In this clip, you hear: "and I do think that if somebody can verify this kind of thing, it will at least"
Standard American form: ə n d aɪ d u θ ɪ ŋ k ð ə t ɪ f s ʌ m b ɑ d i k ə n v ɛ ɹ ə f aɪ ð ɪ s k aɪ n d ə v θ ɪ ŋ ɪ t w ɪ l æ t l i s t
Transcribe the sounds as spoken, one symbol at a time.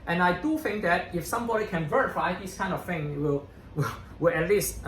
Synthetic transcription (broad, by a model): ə n aɪ d u θ ɪ ŋ k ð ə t ɪ f s ʌ m b ɑ d i k ə n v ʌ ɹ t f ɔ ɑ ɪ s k aɪ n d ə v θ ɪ ŋ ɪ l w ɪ w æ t l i s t